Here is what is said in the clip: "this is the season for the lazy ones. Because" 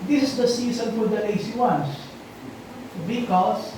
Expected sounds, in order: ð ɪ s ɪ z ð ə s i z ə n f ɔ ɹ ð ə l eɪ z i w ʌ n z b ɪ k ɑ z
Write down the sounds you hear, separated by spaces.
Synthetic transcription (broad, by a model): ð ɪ s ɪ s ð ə s i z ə n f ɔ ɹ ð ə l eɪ s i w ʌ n s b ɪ k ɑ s